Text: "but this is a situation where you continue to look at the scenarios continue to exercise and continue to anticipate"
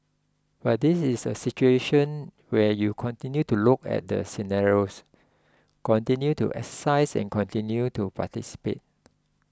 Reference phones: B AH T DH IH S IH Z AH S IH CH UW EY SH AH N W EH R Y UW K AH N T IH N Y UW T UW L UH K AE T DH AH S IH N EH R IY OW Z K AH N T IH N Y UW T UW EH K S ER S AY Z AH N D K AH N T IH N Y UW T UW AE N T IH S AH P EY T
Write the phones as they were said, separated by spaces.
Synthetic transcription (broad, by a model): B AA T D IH S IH S AH S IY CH UW EY SH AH N W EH Y UW K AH N T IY N Y UW T UW L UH K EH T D AH S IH N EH R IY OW S K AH N T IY N Y UW T UW EH K S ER S AY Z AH N K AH N T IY N Y UW T UW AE T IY S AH P EY T